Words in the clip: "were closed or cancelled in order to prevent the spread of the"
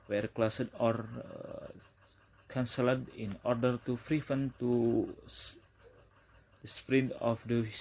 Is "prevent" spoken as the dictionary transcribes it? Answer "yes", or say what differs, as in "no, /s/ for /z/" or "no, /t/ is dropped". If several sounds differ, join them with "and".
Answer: no, /f/ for /p/